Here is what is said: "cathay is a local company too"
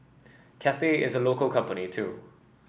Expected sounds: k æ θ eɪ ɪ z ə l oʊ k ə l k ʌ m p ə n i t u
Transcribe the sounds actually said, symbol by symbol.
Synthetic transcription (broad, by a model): k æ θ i ɪ z ə l oʊ k ə l k ʌ m p ə n i t u